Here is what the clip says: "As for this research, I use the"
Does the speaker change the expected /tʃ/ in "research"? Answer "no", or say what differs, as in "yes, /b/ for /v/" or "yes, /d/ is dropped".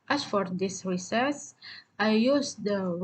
yes, /s/ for /tʃ/